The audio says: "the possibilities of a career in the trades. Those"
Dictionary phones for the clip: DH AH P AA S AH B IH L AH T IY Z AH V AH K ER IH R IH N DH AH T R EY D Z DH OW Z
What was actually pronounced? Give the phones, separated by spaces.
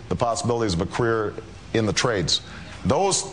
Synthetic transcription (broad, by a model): DH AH P AA S AH B IH L AH T IY Z AH V AH K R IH R IH N DH AH T R EY D Z DH OW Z